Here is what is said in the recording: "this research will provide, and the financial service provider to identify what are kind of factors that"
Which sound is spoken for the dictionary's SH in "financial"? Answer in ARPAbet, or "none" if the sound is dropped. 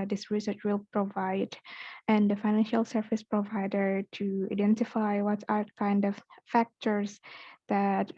SH